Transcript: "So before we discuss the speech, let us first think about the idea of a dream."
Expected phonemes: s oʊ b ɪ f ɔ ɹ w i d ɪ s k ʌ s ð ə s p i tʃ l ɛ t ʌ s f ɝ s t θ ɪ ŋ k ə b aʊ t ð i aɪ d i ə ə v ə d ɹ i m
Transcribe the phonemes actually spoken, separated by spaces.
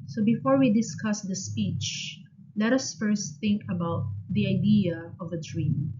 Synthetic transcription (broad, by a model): s oʊ b ɪ f ɔ ɹ w i d ɪ s k ʌ s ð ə s p i tʃ l ɛ t ʌ s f ɝ s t θ ɪ ŋ k ə b aʊ t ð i aɪ d i ə ə v ə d ɹ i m